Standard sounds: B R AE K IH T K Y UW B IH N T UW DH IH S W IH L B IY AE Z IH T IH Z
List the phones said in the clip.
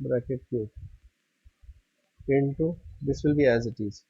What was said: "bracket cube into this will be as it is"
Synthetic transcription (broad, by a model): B R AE K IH T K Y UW IH N T UW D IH S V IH L B IY AE Z IH T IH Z